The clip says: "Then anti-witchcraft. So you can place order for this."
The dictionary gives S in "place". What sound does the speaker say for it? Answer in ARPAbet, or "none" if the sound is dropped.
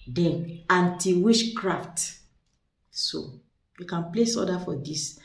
S